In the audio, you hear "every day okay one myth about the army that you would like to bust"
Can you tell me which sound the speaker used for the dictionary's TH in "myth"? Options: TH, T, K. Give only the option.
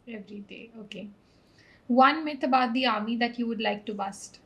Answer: T